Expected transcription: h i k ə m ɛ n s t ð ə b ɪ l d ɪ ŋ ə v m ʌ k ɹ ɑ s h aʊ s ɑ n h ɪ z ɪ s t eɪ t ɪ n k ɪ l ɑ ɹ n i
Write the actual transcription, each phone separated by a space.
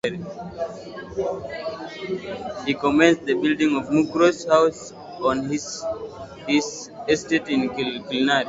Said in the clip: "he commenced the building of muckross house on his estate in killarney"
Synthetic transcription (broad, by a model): h i k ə m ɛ n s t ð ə b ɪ l d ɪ ŋ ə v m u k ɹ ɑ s h aʊ s ɑ n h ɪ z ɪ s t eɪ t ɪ n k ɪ l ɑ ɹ i